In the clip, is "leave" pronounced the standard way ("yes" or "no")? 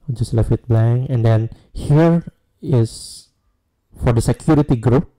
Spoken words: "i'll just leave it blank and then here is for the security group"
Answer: no